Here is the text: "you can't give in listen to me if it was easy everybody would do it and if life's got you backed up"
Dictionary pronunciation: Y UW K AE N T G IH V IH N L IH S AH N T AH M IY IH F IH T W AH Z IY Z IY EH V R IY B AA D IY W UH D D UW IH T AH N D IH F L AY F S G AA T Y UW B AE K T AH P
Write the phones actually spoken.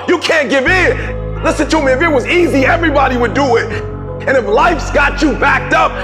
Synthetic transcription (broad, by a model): Y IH K AE N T G IH V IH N L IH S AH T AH M IY IH F IH T W AH Z IY Z IY EH V R IY B AA D IY W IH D D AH IH T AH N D IH F L AY F S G AA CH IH B AE K T AH P